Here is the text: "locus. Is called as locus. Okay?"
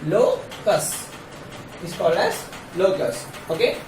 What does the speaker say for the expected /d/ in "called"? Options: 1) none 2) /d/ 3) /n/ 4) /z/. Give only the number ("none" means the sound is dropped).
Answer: 2